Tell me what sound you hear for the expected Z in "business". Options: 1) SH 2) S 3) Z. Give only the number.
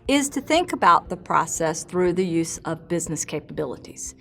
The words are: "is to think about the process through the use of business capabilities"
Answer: 3